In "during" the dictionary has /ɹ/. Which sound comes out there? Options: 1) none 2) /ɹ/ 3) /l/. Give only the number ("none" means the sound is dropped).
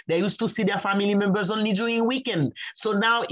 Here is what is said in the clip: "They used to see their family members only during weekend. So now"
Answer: 1